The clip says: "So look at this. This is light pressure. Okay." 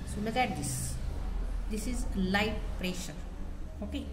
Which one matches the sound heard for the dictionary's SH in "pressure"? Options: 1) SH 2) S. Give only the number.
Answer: 1